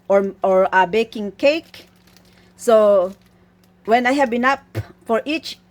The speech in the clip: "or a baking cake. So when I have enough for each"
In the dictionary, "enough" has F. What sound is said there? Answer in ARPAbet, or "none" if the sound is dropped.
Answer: P